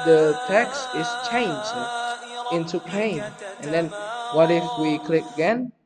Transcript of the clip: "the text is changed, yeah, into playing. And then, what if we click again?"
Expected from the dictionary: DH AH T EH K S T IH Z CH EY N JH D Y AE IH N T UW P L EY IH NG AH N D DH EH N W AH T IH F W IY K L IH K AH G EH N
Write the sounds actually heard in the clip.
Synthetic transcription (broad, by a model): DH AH T EH K S T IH S CH EY N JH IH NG IH N T UW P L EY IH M AH N D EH N W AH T IH F W IY K L IH K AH G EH N